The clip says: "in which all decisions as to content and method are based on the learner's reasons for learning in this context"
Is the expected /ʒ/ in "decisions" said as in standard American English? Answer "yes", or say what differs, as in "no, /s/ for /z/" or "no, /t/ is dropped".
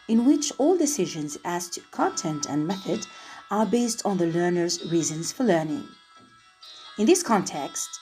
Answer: yes